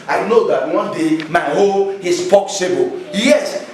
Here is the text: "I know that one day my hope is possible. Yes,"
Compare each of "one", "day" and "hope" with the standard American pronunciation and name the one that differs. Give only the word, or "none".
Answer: hope